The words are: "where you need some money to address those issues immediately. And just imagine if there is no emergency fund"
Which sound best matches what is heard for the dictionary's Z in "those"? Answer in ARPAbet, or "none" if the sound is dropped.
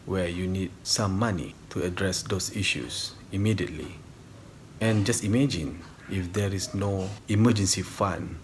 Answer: S